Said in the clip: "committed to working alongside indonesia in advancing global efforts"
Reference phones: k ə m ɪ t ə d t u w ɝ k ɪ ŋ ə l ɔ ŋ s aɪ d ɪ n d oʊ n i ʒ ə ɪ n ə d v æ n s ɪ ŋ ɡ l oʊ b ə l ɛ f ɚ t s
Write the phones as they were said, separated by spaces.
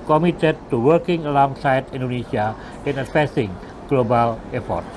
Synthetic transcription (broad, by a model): k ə m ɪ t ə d t u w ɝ k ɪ ŋ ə l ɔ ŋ s aɪ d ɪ n d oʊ n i s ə ɪ n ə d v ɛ s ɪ ŋ ɡ l oʊ b ə l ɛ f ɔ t